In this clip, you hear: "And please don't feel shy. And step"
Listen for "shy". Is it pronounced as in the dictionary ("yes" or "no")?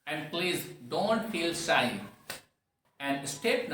no